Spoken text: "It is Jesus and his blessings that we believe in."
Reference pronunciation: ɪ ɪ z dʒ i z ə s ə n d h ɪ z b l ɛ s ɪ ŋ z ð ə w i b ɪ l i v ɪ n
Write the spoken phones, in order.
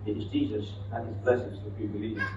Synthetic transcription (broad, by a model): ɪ ɪ z dʒ i z ə s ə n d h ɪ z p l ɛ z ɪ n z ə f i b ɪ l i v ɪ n